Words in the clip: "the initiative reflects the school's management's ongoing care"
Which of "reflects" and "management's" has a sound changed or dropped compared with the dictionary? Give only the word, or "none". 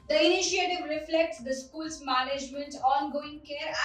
management's